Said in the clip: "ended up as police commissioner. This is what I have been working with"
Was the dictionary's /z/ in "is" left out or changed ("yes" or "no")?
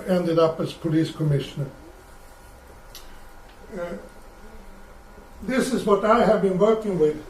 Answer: no